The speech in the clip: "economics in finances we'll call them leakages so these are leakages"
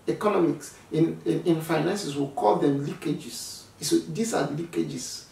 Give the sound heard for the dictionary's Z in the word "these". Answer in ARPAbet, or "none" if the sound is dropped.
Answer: S